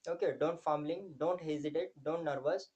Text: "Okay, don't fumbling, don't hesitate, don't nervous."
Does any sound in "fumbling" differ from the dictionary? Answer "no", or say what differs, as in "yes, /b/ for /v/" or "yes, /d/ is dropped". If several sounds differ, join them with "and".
yes, /b/ is dropped